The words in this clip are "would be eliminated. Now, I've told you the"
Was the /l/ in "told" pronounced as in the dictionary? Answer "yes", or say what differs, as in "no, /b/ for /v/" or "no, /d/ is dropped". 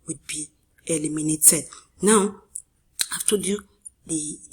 no, /l/ is dropped